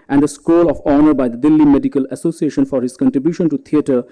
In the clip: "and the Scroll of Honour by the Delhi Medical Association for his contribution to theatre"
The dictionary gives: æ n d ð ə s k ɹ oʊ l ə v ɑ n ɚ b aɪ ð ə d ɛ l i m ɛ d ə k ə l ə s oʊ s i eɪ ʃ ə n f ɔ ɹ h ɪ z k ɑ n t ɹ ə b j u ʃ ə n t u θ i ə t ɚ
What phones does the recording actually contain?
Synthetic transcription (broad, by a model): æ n d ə s k oʊ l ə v ɑ n ɚ b aɪ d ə d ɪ l i m ɛ d ə k ə l ə s oʊ s i eɪ ʃ ə n f ɔ ɹ h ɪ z k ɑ n t ɹ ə b j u ʃ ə n t u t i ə t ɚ